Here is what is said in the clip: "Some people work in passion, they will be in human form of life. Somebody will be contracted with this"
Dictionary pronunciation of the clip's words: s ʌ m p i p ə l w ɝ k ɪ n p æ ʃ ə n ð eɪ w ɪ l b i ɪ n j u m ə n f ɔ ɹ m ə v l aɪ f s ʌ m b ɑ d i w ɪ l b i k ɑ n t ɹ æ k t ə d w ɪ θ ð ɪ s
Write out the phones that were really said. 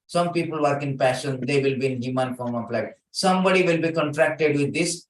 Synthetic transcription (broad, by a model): s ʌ m p i p ə l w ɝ k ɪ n p æ ʃ ə n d eɪ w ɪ l b i ɪ n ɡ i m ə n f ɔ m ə p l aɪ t s ʌ m b ɑ d i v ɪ l b i k ɑ n t ɹ æ k t ə d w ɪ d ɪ s